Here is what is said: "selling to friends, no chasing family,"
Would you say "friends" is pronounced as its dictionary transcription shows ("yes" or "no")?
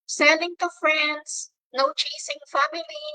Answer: no